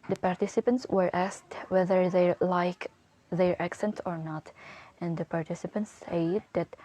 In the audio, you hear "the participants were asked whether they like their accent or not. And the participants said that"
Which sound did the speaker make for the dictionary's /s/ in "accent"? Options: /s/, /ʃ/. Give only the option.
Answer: /s/